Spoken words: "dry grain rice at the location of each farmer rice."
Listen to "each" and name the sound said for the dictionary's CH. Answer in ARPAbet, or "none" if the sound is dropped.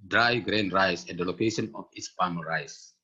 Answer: S